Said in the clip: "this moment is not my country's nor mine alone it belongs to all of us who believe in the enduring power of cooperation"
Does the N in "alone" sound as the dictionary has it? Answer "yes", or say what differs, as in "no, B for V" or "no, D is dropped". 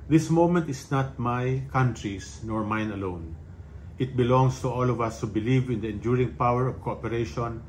yes